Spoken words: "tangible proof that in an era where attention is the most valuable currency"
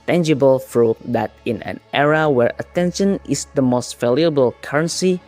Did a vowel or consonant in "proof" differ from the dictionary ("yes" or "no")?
yes